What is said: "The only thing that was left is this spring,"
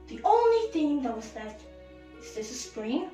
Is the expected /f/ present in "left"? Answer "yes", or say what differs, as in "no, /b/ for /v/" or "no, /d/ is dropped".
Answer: no, /f/ is dropped